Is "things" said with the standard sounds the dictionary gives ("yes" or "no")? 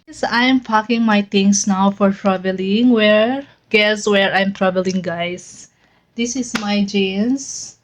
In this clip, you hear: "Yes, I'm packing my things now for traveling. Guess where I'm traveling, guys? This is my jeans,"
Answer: no